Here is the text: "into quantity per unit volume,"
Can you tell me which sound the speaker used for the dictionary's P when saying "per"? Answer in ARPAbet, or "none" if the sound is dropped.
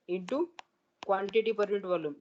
P